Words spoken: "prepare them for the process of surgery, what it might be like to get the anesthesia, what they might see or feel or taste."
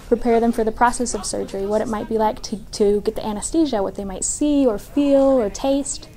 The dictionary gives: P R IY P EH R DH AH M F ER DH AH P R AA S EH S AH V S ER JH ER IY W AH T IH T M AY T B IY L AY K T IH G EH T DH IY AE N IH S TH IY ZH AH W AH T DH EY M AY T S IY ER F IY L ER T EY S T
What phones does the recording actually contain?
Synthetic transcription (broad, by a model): P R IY P EH R DH AH M F ER DH AH P R AA S EH S AH V S ER JH ER IY W AH T IH T M AY T B IY L AY K T IH G EH T DH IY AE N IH S T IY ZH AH W AH T DH EY M AY T S IY ER F IY L ER T EY S T